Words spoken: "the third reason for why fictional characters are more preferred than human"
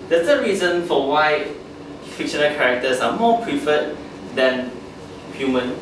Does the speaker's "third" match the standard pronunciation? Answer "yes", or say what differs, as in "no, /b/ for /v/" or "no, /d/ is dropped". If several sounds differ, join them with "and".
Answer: no, /s/ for /θ/